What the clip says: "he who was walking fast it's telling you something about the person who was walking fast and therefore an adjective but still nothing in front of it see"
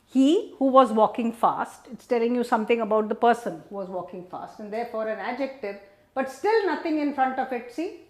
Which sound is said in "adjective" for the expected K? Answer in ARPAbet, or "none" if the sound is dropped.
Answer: K